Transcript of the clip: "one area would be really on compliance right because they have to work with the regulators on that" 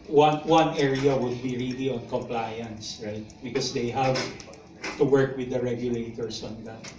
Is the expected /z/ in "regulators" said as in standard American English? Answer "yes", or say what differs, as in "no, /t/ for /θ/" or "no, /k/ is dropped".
no, /s/ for /z/